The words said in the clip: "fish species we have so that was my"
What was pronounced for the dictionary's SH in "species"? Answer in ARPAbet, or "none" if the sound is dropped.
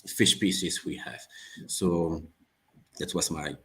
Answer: S